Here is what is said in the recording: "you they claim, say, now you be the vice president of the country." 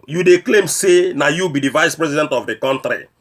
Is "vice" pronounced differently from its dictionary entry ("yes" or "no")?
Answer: no